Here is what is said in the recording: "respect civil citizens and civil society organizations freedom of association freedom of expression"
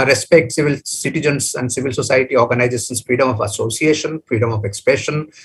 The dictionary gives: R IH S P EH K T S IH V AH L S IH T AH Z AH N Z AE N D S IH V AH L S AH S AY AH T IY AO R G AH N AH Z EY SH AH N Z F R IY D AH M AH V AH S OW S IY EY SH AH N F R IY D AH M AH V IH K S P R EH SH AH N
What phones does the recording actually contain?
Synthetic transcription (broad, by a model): R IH S P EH K T S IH V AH L S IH T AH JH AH N S AE N D S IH V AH L S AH S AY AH T IY AO R G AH N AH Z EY S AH N S F R IY D AH M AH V AH S OW S IY EY SH AH N F R IY D AH M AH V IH K S P R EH SH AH N